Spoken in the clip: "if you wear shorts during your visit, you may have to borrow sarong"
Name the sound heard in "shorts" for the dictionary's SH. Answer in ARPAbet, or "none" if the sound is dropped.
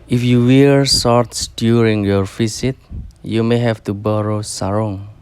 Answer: S